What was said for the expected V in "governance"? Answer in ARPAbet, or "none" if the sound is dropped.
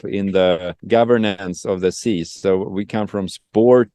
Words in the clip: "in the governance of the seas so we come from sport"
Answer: V